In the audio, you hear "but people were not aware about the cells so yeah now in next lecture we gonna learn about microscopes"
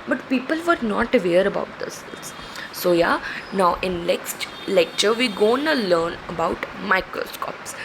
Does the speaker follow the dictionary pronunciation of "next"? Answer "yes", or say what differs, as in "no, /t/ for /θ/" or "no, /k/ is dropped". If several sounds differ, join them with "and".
no, /l/ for /n/